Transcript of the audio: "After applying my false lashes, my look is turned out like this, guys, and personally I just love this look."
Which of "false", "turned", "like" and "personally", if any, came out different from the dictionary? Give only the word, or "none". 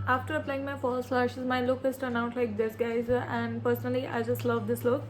turned